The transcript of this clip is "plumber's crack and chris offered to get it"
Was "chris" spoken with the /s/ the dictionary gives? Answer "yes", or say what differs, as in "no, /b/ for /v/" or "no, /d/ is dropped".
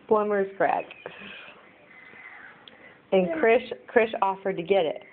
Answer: no, /ʃ/ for /s/